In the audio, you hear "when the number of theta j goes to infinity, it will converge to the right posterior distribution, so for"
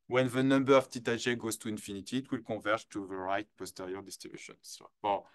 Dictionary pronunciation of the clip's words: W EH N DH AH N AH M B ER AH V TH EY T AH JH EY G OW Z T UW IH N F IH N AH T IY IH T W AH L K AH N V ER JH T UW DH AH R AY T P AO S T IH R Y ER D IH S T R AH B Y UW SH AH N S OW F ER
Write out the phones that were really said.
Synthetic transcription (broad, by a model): W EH N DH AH N AH M B ER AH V T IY T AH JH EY G OW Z T UW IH N F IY N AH T IY T W AH L K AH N V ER T UW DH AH R AY T P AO S T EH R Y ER D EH S T AH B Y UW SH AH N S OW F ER